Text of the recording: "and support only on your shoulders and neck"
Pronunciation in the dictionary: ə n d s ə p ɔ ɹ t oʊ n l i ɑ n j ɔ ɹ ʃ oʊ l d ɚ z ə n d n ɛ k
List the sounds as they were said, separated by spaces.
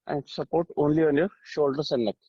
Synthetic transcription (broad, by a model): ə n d s ə p ɔ ɹ t oʊ n l i ɑ n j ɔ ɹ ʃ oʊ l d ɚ s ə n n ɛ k